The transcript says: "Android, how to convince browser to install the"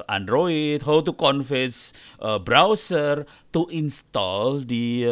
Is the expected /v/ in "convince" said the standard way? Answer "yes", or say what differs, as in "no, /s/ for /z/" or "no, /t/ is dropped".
no, /f/ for /v/